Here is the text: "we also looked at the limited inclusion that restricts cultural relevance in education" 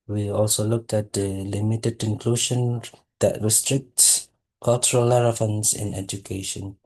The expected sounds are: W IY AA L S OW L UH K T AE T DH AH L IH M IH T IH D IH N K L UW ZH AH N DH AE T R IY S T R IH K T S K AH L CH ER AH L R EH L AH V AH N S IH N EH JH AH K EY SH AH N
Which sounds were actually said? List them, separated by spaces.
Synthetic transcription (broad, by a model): W IY AA L S OW L UH K T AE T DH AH L IH M IH T IH D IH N K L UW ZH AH N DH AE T R IY S T R IH K T S K AH L CH ER AH L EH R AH F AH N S IH N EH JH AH K EY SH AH N